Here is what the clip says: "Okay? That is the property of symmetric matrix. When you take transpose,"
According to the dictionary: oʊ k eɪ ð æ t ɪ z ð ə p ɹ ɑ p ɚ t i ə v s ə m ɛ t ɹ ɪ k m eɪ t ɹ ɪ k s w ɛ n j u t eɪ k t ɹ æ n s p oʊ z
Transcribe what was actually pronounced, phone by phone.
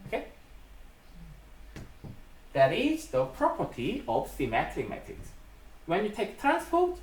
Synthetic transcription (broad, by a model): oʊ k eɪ ð æ t ɪ z ð ə p ɹ ɑ p ɚ t i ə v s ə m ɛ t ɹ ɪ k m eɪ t ɪ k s w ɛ n j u t eɪ k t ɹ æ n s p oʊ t